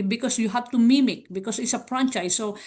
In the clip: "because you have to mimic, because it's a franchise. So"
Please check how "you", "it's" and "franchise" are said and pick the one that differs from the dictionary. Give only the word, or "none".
franchise